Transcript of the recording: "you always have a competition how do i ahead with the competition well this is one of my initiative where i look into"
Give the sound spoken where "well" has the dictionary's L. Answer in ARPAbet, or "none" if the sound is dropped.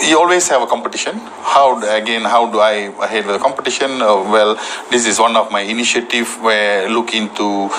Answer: L